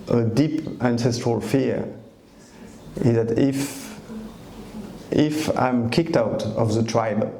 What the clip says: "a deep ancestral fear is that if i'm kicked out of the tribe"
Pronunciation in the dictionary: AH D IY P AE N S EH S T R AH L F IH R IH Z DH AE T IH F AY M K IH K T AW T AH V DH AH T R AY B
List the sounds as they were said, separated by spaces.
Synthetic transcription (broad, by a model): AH D IY P AE N S EH S T R AH L F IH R IH Z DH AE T IH F AY M K IH K T AW T AH V DH AH T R AY B